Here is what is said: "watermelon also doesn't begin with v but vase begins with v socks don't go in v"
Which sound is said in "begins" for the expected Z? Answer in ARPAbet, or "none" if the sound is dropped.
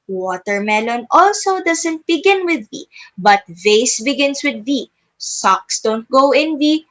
S